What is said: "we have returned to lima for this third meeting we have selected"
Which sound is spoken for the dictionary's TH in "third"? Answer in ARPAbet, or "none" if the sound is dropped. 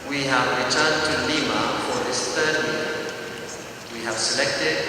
T